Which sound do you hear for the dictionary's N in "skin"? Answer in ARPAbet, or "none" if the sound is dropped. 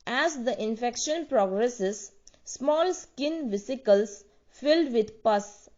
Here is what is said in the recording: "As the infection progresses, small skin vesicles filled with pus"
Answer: N